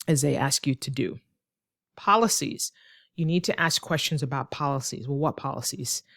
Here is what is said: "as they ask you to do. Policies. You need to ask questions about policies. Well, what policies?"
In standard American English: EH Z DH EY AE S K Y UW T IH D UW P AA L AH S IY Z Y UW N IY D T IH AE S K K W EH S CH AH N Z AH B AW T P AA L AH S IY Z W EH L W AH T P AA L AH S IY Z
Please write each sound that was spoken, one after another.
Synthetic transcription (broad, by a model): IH Z DH EY AE S K Y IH T IH D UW P AA L AH S IY Z Y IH N IY D T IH AE S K K W EH S CH AH N Z AH B AW T P AA L AH S IY Z W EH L W AH T P AA L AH S IY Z